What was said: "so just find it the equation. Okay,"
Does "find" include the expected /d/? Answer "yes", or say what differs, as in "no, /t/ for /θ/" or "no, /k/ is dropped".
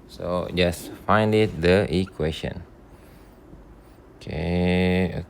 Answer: yes